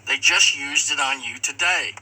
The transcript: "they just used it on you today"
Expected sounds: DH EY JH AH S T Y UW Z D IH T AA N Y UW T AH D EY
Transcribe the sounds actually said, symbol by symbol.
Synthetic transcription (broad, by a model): DH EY JH AH S T Y UW Z D IH T N Y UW T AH D EY